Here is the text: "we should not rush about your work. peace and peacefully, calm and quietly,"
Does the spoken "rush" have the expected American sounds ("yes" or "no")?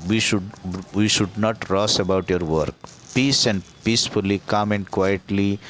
no